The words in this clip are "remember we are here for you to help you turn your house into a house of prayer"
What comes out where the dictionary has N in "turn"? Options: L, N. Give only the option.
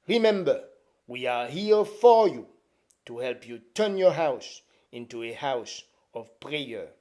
N